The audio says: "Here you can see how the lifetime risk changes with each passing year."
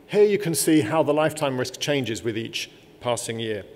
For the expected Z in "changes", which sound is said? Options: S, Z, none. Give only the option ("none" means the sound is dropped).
Z